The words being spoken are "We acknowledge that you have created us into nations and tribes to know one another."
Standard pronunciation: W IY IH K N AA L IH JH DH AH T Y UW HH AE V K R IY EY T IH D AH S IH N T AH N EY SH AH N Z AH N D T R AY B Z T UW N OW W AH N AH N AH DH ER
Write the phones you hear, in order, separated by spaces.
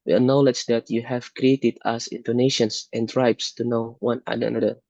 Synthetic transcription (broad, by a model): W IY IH N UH L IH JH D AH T Y UW HH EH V K R IY EY T IH D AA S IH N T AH N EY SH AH N S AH N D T R AY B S T UW N OW W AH N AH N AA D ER